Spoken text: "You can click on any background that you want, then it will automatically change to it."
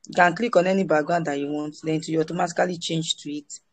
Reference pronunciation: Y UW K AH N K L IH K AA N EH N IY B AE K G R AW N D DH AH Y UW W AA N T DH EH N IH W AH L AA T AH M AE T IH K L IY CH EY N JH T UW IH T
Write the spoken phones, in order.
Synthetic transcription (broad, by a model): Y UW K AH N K L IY K AA N EH N IY B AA G AW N D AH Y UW W AA N T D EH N IH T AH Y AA T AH M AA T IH K L IY CH EY N JH T UW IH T